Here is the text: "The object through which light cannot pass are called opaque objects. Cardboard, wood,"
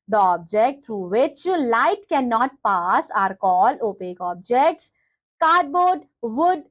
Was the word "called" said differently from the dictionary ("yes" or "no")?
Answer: yes